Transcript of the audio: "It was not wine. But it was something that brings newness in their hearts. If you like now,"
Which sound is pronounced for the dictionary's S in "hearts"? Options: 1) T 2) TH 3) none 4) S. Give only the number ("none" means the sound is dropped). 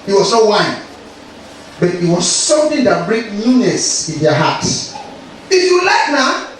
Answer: 3